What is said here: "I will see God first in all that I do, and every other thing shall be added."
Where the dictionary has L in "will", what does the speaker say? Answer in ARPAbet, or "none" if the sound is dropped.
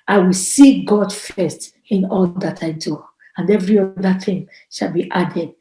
L